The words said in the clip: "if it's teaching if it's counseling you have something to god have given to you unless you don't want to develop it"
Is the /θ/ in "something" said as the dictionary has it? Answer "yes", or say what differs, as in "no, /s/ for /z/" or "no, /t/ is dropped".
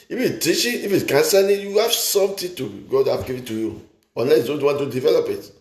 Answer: no, /t/ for /θ/